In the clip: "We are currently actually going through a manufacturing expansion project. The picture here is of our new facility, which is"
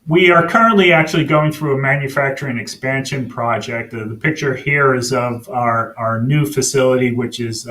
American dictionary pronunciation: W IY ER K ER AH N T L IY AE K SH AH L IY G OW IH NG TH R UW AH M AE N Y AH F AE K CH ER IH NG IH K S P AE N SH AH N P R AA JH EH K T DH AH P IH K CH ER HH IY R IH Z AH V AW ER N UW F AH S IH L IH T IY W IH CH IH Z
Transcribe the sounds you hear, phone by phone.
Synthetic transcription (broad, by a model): W IY ER K ER AH N T L IY AE K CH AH L IY G OW IH NG TH R UW AH M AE N Y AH F AE K CH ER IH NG IH K S P AE N SH AH N P R AA JH EH K T DH AH P IH K CH ER HH IY R IH Z AH V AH ER N UW F AH S IH L IH T IY W IH CH IH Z